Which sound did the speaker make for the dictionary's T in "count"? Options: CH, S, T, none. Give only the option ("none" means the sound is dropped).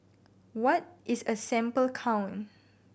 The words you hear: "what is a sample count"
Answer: none